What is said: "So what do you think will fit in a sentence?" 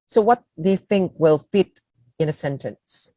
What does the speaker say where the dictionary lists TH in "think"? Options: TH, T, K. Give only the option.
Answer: TH